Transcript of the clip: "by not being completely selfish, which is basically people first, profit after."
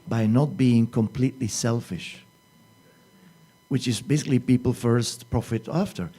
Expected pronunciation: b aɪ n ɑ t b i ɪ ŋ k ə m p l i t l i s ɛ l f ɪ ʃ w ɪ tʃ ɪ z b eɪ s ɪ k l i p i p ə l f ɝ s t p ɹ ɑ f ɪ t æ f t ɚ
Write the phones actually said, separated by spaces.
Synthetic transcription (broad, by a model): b aɪ n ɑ t b i ɪ ŋ k ə m p l i t l i s ɛ l f ɪ ʃ w ɪ tʃ ɪ z b eɪ s ɪ k l i p i p l f ɝ s t p ɹ ɑ f ɪ t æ f t ɚ